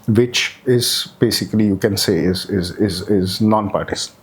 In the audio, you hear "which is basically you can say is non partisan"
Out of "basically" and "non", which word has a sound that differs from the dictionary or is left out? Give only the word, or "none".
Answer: none